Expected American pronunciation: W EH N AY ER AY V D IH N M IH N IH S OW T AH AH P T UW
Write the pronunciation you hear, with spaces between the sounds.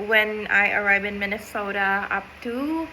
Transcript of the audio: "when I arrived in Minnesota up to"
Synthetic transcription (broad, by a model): W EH N AY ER AY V IH N M IH N IH S OW T AH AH P T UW